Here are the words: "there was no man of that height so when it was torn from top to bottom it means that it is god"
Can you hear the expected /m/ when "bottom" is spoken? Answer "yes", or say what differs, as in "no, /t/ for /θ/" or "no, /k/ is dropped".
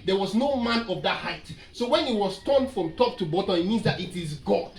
no, /m/ is dropped